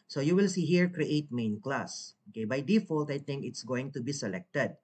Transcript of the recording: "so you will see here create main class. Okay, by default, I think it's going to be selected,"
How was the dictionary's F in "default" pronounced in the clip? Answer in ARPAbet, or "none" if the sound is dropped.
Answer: F